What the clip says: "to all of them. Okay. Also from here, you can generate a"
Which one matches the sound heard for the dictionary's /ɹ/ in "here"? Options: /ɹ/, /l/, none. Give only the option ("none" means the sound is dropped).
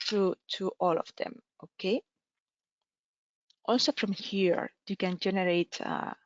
/ɹ/